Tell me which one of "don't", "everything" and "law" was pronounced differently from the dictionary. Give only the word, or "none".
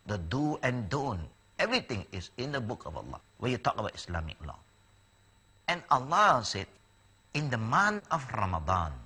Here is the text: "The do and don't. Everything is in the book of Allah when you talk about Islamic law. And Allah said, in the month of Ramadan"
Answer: everything